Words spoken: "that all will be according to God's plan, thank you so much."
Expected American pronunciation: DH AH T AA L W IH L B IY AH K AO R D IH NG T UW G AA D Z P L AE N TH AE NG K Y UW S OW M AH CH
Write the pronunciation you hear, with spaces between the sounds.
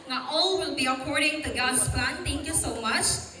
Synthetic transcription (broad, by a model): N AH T AA L W IH L B IY AH K AO R D IH NG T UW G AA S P L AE N T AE NG K Y UW S OW M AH CH